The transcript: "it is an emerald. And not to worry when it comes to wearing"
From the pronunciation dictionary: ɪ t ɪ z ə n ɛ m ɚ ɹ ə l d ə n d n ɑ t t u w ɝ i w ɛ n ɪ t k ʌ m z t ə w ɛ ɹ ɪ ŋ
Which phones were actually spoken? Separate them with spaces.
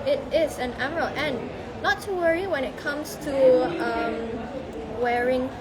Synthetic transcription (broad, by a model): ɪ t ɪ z ə n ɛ m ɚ ɹ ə l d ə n n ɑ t t u w ɝ i w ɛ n ɪ t k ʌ m s t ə w ɛ ɹ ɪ ŋ